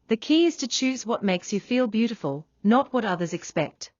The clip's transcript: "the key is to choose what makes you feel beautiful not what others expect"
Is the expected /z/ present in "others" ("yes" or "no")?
yes